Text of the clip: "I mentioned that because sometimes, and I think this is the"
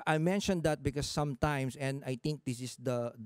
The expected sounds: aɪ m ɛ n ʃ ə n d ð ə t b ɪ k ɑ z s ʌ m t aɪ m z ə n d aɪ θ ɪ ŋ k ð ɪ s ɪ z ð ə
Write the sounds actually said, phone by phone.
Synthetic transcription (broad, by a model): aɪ m ɛ n ʃ ə n d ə t b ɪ k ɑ s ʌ m t aɪ m s ə n d aɪ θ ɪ ŋ k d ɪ s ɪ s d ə